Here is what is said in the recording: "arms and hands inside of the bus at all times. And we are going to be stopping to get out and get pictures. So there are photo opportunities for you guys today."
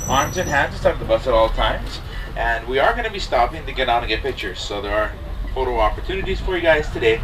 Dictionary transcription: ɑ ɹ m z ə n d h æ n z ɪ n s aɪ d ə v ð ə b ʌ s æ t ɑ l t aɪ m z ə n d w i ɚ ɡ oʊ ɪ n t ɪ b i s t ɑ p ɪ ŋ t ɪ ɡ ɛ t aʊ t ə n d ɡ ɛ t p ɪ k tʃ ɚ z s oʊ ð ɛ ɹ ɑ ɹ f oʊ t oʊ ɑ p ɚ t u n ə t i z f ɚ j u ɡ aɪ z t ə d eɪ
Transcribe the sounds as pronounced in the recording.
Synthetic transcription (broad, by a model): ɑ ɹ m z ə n h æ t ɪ s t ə p ð ə b ʌ s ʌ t ɑ l t aɪ m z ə n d w i ɚ ɡ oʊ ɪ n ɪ b i s t ɑ p ɪ ŋ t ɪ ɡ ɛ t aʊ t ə ɡ ɛ t p ɪ k tʃ ɚ z s oʊ ð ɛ ɹ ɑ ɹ f oʊ t oʊ ɑ p ɚ t u n ə t i z f ɚ j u ɡ aɪ z t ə d eɪ